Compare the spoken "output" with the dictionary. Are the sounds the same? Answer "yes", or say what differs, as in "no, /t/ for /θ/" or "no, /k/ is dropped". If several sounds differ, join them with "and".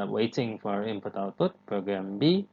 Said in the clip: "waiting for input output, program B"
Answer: no, /p/ is dropped